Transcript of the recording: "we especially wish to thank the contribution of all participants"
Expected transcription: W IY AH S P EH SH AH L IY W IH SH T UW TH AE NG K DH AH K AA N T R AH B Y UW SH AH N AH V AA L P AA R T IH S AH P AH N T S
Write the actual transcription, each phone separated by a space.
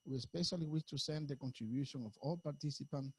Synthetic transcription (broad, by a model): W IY AH S P EH SH AH L IY W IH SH T UW S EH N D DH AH K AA N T R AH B Y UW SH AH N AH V AA L P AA R T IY S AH P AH N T